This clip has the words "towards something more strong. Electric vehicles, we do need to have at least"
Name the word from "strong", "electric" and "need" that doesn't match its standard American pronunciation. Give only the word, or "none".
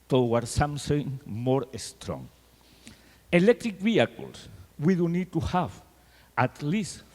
none